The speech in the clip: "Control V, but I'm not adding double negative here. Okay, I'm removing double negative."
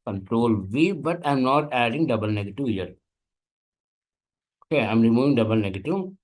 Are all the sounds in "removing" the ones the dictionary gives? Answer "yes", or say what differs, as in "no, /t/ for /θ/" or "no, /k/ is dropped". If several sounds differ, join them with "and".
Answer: no, /v/ is dropped